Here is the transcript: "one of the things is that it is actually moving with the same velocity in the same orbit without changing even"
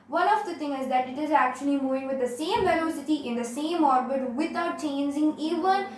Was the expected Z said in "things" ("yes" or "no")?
no